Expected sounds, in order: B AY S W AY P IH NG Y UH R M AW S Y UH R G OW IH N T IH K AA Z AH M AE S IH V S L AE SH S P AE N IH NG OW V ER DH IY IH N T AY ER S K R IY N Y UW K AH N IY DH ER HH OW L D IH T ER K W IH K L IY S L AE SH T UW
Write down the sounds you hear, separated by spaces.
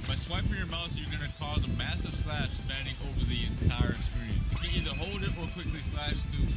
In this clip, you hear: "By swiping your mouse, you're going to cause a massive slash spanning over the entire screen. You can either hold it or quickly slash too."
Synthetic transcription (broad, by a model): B AY S W AY P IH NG Y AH R M AW TH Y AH R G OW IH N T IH K AA Z AH M AE S IH V S L AE SH S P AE N IH NG OW V ER DH IY IH N T AY ER S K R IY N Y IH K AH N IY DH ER HH OW L D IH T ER K W IH K L IY S L AE SH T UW